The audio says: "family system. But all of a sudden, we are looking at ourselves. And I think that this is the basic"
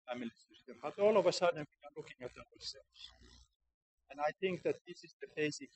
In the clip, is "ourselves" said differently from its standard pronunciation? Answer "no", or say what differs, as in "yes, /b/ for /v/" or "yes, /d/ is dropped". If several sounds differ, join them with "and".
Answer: yes, /l/ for /ɹ/